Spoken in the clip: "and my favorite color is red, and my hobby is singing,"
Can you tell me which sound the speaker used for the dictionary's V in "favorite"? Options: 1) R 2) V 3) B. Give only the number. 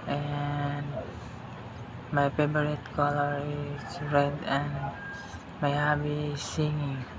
3